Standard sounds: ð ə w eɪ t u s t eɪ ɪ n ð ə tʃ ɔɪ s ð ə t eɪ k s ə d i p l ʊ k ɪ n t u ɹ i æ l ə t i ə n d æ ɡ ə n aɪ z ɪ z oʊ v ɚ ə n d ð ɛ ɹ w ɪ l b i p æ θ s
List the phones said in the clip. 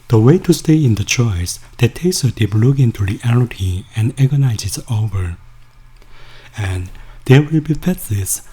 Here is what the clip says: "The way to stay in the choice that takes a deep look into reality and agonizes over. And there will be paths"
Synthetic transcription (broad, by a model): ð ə w eɪ t u s t eɪ ɪ n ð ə tʃ ɔɪ s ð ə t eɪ s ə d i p l ʊ k ɪ n t u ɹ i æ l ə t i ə n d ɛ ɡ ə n aɪ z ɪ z oʊ v ɚ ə n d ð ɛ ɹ w ɪ l b i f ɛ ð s